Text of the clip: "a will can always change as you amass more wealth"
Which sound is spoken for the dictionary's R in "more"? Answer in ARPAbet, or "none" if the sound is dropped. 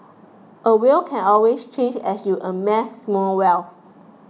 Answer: L